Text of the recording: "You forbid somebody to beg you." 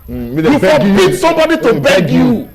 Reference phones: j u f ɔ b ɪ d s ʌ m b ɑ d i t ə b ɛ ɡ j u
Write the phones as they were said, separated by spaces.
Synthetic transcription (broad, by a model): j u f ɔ ɪ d s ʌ m b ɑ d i t ə b ɛ ɡ j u